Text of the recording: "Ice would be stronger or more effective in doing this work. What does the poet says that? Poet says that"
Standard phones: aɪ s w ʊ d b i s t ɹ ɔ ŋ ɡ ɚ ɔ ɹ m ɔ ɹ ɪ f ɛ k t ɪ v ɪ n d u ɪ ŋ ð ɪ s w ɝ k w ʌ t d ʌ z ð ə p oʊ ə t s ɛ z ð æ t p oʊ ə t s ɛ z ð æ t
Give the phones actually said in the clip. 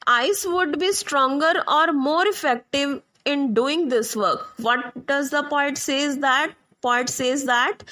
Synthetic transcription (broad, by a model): aɪ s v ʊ d b i s t ɹ ɔ ŋ ɡ ɚ ɔ ɹ m ɔ ɹ ɪ f ɛ k t ɪ v ɪ n d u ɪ ŋ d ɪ s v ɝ k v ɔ t d ʌ z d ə p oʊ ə t s ɛ z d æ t p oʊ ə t s ɛ z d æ t